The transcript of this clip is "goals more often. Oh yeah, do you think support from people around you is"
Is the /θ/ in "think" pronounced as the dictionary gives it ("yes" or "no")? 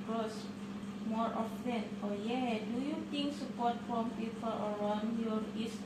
no